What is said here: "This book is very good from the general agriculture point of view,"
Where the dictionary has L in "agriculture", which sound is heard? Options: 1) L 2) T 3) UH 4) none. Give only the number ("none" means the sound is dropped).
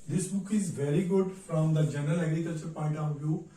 4